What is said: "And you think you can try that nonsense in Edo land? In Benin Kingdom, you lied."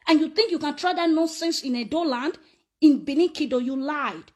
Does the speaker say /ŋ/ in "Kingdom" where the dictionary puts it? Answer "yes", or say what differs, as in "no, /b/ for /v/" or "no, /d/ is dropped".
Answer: no, /ŋ/ is dropped